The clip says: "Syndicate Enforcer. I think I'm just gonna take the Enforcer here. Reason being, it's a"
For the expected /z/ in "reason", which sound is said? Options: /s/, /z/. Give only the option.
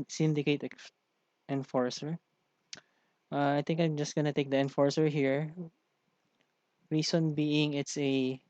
/s/